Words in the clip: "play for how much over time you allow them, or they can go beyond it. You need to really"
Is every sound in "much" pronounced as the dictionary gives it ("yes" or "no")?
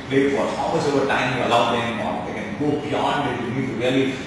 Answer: no